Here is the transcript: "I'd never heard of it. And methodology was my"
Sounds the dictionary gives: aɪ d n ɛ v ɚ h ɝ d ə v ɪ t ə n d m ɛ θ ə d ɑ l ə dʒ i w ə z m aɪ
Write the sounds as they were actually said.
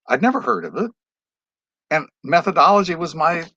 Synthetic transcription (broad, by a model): aɪ d n ɛ v ɚ h ɝ d ə v ɪ t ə n m ɛ θ ə d ɑ l ə dʒ i w ə z m aɪ